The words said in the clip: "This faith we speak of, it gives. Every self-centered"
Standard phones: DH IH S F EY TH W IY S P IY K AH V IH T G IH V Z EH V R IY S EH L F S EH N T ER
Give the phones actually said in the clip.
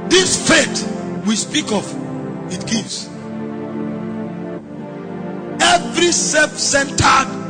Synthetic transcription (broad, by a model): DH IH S F EY T W IY S P IY K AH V IH T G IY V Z EH V R IY S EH F S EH N T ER